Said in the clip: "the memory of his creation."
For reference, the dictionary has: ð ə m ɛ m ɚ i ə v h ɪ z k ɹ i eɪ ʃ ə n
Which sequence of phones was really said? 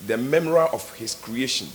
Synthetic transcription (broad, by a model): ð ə m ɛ m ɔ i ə f h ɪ s k ɹ i eɪ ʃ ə n